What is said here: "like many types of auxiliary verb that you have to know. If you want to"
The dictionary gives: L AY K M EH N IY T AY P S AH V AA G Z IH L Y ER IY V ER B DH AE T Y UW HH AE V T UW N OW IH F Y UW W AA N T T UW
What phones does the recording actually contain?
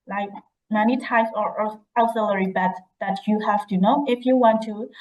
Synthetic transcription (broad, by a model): L AY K M EH N IY T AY S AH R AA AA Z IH L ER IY B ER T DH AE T Y UW HH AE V T UW N OW IH F Y UW W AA N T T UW